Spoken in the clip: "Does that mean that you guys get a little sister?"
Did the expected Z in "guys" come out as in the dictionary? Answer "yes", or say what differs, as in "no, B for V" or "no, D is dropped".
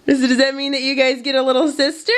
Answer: yes